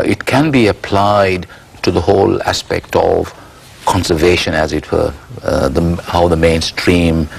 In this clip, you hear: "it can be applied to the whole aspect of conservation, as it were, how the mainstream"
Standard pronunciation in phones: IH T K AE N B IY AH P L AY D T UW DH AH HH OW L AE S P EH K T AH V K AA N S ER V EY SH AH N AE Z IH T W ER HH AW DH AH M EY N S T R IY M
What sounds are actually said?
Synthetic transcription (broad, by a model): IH T K AE N B IY AH P L AY D T UW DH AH HH OW L AE S P EH K T AH V K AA N S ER V EY SH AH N AE Z IH T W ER HH AW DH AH M EY N S T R IY M